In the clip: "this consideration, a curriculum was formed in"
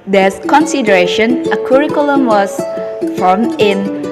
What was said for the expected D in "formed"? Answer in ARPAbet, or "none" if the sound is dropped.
none